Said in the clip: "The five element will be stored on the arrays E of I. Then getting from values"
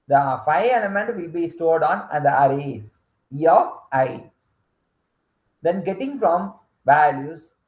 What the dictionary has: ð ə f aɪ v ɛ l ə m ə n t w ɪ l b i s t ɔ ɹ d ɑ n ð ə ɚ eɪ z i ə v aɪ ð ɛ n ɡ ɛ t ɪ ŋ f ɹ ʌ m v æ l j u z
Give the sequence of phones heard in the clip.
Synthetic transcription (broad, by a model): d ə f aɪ ɛ l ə m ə n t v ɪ l b i s t ɔ ɹ d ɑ n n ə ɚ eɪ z i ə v aɪ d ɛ n ɡ ɛ t ɪ ŋ f ɹ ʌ m v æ l j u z